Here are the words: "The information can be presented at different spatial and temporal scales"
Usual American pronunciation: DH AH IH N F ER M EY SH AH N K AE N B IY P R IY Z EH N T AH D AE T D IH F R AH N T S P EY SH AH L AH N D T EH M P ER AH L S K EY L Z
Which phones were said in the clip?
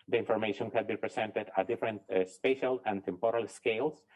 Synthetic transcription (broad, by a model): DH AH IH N F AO M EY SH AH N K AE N B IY P R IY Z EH N T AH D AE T D IH F R AH N T S P EY SH AH L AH N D T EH M P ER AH L S K EY L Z